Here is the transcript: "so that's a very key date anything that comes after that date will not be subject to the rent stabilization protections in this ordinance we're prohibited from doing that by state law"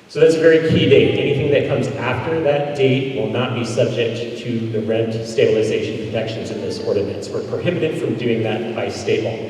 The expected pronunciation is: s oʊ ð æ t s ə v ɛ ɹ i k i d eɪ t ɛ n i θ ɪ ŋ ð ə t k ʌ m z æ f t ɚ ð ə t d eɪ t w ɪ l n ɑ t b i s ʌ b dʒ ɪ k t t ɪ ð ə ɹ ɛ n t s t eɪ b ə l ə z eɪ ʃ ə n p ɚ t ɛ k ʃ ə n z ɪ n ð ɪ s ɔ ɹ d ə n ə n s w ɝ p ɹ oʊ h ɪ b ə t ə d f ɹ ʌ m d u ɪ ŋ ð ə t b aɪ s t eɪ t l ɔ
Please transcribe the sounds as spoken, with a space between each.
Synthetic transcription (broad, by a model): s oʊ ð æ t s ə v ɛ ɹ i k i d eɪ t ɛ n i θ ɪ ŋ ð ə t k ʌ m z æ f t ɚ ð ə t d eɪ t w ɪ l n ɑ t b i s ʌ b dʒ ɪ k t t ɪ ð ə ɹ ɛ n t s t eɪ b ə l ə z eɪ ʃ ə n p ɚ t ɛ k ʃ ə n z ɪ n ð ɪ s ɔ ɹ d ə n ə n s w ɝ p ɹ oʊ h ɪ b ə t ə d f ɹ ʌ m d u ɪ ŋ ð ə t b aɪ s t eɪ t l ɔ